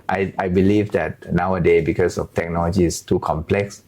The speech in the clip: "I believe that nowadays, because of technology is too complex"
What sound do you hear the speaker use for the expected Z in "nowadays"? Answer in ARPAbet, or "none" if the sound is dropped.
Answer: none